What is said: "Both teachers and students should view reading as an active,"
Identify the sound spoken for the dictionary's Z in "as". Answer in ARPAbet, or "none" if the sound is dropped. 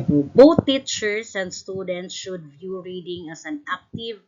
S